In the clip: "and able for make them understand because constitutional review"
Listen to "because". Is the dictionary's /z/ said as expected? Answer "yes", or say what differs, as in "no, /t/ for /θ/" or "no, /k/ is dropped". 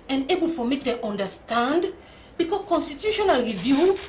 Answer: no, /z/ is dropped